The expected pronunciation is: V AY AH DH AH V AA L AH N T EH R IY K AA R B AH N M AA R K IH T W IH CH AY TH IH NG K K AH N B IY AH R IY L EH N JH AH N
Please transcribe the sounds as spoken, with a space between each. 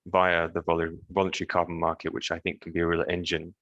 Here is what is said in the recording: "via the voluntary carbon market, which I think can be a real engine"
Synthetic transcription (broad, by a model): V AY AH DH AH V AA L AH N T EH R IY K AA R B AH N M AA R K IH T W IH CH AY TH IH NG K K AH N B IY AH R IY L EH N JH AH N